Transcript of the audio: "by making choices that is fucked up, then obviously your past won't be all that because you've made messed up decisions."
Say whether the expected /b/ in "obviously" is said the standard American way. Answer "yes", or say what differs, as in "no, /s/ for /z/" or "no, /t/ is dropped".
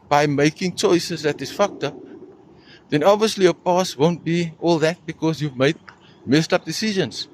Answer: yes